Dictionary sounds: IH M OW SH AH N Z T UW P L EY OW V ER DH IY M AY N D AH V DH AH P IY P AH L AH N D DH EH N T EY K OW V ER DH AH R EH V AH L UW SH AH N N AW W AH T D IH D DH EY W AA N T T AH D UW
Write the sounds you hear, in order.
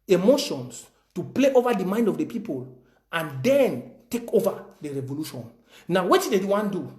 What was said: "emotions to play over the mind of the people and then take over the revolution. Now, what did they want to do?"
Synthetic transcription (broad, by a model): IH M OW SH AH N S T UW P L EY OW V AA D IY M AY N D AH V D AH P IY P AH L AH N D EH N T EY K OW V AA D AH R EH V AH L UW SH AH N N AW W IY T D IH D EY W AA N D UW